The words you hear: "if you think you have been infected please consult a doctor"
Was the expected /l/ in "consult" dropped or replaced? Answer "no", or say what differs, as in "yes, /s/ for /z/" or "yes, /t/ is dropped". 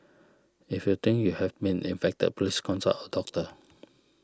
yes, /l/ is dropped